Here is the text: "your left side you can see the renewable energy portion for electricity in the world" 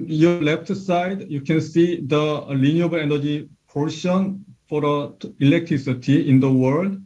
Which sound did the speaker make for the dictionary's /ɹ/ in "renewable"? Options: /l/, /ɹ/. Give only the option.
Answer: /l/